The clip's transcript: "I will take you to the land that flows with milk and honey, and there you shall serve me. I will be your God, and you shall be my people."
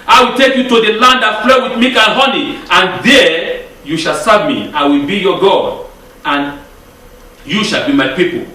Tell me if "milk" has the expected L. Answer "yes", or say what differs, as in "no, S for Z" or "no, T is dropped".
no, L is dropped